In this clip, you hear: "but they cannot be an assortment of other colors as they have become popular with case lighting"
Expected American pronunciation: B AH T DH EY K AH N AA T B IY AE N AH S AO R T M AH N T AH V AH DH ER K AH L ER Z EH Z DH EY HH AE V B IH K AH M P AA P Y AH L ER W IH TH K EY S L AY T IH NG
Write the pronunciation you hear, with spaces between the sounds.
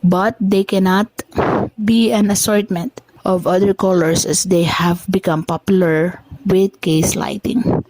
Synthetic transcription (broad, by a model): B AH T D EY K AH N AA T B IY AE N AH S AO R T M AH N T AH V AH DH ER K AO L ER S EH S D EY HH AE V B IH K AH M P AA P Y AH L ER W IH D K EY S L AY T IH NG